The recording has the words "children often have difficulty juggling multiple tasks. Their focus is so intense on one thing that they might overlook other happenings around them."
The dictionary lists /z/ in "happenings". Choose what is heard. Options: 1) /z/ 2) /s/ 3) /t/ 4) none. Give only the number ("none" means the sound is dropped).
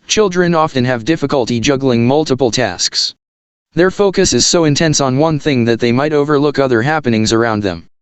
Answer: 1